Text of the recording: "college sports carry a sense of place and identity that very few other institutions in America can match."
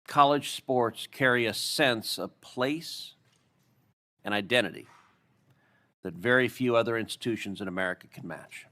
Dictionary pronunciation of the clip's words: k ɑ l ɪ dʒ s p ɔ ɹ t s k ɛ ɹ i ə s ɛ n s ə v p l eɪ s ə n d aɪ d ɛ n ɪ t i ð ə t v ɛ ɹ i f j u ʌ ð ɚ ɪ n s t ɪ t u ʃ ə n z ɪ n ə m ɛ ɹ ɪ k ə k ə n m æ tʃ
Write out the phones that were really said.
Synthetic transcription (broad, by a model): k ɑ l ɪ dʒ s p ɔ ɹ t s k ɛ ɹ i ə s ɛ n s ə v p l eɪ s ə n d aɪ d ɛ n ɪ t i ð ə t v ɛ ɹ i f j u ʌ ð ɚ ɪ n s t ɪ t u ʃ ə n z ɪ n ə m ɛ ɹ ɪ k ə k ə n m æ tʃ